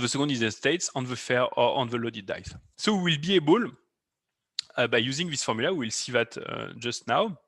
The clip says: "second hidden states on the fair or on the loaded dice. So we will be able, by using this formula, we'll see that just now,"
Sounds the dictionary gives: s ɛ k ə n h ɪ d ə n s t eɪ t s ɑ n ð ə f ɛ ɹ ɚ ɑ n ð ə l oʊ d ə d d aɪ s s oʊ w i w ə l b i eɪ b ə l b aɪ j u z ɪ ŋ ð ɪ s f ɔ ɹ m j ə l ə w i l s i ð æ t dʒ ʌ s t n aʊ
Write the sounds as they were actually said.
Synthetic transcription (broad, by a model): s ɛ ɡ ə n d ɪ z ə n s t eɪ t s ɑ n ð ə f ɛ ɹ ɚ ɑ n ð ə l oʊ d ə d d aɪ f s oʊ w i w ə l b i eɪ b ə l b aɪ j u z ɪ ŋ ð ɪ s f ɔ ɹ m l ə w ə w i l s i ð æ t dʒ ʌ s t n aʊ